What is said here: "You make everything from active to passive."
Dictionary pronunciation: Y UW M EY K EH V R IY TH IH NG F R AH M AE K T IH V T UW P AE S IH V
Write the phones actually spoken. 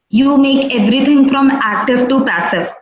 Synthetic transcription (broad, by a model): Y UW M EY K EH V R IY T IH NG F R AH M AE K T IH V T UW P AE S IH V